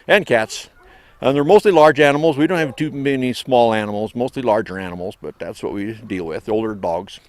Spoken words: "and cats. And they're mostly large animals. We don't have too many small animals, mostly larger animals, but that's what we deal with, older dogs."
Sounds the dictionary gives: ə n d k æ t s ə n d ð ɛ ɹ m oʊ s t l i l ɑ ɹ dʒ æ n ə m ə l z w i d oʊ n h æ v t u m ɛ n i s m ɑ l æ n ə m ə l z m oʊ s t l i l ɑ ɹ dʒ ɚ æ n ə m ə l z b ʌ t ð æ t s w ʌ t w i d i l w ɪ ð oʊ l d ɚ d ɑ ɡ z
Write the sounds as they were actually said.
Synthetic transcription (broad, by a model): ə n k æ t s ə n ð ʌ ɹ m oʊ s t l i l ɑ ɹ dʒ æ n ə m l z w i d oʊ n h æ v t u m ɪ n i s m ɑ l æ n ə m l z m oʊ s t l i l ɑ ɹ dʒ ɚ æ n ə m l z b ʌ t ð æ t s w ʌ t w i d i l w ɪ ð oʊ l d ɚ d ɑ ɡ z